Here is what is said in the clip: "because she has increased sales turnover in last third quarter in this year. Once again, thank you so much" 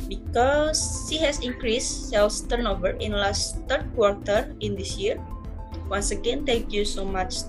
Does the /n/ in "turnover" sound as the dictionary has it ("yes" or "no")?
yes